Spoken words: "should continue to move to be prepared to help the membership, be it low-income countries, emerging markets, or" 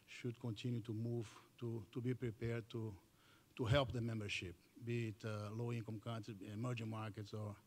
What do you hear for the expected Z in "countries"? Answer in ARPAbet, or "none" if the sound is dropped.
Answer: none